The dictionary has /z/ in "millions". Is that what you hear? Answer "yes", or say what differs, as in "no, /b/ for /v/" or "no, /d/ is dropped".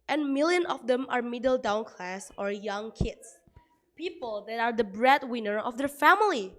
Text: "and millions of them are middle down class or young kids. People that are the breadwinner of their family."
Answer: no, /z/ is dropped